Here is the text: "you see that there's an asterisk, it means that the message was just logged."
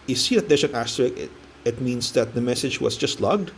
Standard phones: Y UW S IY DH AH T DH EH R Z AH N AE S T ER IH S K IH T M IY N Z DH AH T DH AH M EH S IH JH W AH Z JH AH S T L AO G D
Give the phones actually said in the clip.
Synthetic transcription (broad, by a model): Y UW S IY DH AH T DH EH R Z AH N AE S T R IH K IH T M IY N S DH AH T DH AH M EH S IH JH W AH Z JH AH S T L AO G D